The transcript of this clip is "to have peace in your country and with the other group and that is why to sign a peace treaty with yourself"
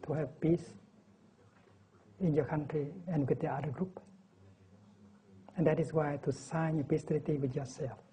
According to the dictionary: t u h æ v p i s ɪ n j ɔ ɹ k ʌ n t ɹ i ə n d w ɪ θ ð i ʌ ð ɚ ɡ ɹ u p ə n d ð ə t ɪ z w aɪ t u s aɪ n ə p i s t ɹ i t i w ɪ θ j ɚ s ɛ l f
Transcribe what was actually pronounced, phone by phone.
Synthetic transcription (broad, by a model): t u h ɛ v p i s ɪ n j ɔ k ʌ n t ɹ i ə n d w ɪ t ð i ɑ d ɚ ɡ ɹ u p ə n d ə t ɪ s w aɪ t u s aɪ n ə p i s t l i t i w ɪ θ j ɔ s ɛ l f